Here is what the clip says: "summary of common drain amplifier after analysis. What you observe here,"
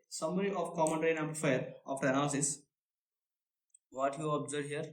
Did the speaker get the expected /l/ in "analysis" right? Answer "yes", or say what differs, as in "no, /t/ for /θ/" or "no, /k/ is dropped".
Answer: no, /l/ is dropped